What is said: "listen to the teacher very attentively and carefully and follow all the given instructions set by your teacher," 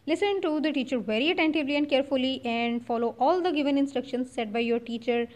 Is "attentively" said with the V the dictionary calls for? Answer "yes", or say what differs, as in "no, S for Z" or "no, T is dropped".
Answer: yes